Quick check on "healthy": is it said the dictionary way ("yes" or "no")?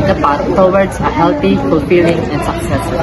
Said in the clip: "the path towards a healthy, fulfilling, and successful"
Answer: no